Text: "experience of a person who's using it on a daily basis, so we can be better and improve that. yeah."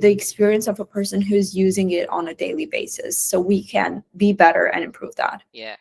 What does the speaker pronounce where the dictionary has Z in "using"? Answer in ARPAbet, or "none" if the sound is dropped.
Z